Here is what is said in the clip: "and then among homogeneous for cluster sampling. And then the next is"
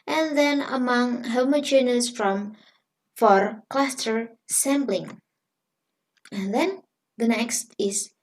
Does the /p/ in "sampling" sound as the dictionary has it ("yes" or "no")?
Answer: no